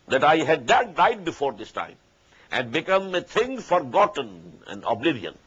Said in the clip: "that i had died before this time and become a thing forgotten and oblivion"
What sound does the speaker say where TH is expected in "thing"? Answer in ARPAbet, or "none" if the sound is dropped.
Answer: T